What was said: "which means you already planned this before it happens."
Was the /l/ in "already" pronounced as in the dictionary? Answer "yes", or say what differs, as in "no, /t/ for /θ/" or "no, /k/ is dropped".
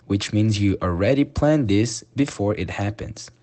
yes